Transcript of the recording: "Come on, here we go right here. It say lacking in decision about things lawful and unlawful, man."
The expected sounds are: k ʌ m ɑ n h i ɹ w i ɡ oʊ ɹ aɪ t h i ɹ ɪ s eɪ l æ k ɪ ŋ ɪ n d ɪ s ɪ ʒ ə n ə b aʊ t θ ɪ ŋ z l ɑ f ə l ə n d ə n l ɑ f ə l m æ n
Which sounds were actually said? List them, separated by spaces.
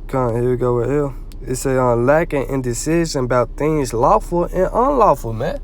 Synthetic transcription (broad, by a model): k ɑ n h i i ɡ oʊ w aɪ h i l ɪ s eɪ l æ k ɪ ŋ ɪ n d ɪ s ɪ ʒ ə n ə b aʊ t θ ɪ ŋ z l ɑ f ə l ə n ə n l ɑ f ə l m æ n